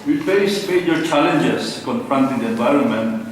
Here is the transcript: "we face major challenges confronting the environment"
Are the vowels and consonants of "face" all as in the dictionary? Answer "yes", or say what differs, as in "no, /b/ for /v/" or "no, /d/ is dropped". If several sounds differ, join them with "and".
no, /p/ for /f/